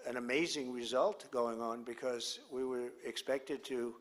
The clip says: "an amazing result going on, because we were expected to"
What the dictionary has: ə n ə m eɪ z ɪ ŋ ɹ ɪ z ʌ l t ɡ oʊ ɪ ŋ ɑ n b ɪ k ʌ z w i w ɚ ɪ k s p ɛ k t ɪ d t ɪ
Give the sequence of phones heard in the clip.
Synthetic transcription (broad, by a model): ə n ə m eɪ z ɪ ŋ ɹ ɪ z ʌ l t ɡ oʊ ɪ ŋ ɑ n b ɪ k ʌ z w i w ɚ ɪ k s p ɛ k t ɪ d t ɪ